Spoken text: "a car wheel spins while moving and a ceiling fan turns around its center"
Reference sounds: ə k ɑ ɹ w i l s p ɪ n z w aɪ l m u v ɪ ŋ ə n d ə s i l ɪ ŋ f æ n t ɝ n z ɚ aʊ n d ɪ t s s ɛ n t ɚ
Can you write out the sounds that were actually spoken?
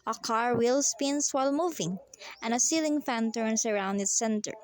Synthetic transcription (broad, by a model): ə k ɑ ɹ w i l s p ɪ n s w aɪ l m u v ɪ ŋ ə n ə s i l ɪ ŋ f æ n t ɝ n s ɚ aʊ n d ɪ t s s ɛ n t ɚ